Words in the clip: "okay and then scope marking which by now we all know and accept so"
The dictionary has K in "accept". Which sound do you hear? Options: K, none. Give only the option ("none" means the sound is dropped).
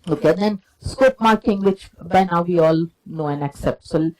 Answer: K